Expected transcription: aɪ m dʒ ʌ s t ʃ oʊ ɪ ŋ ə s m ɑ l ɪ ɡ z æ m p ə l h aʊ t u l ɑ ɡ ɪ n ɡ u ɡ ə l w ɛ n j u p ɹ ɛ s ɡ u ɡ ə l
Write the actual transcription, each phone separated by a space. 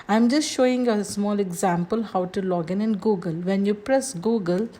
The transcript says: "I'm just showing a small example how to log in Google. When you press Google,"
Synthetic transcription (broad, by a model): aɪ m dʒ ʌ s t ʃ oʊ ɪ ŋ ə s m ɑ l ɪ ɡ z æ m p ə l h aʊ t u l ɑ ɡ ɪ n ɡ u ɡ ə l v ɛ n j u p ɹ ɛ s ɡ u ɡ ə l